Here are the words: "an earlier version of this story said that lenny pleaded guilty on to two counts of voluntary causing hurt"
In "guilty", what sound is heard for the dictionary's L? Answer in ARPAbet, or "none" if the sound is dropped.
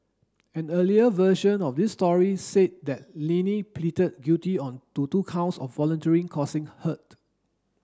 none